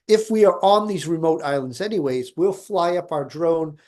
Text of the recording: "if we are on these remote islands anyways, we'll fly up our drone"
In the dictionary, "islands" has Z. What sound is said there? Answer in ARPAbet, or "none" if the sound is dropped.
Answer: Z